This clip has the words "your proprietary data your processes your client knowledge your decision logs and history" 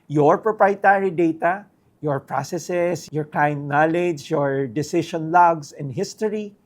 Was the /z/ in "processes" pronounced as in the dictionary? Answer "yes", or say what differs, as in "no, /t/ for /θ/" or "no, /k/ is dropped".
no, /s/ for /z/